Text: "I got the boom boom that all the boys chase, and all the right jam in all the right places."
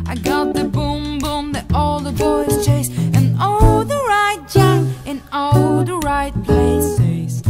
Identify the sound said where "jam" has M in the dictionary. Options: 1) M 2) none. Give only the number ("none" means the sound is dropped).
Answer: 2